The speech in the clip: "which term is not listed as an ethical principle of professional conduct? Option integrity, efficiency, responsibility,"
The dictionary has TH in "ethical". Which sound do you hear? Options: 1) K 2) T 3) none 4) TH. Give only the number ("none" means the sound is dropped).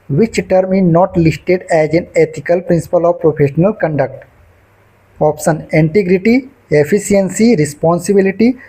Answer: 2